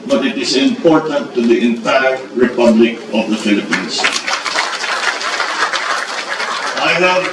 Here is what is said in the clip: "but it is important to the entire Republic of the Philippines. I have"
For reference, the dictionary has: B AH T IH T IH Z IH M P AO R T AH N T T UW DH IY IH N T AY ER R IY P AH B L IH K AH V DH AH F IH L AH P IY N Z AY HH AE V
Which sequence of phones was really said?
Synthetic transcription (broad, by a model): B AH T IH T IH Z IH M P AO R T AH N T T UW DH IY IH N T AY ER R IY P AH B L IH K AH V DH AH F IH L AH P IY N S AY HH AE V